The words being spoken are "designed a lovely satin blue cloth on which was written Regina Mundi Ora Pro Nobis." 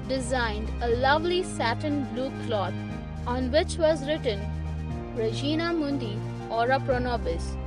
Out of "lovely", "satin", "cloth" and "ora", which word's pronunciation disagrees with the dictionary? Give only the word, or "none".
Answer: cloth